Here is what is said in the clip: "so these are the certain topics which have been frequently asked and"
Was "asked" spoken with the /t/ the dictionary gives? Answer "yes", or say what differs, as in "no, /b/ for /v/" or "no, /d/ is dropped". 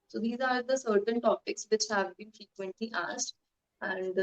yes